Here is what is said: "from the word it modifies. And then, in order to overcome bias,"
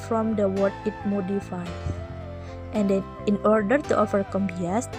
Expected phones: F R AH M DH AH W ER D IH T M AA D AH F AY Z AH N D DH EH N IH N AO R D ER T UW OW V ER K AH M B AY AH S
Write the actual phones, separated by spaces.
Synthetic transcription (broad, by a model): F R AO M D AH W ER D IH T M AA D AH F AY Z AH N D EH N IH N AO R D ER T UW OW F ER K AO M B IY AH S